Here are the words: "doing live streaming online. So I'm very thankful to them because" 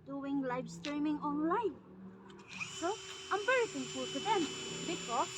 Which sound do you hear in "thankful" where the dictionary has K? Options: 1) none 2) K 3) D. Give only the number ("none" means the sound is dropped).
1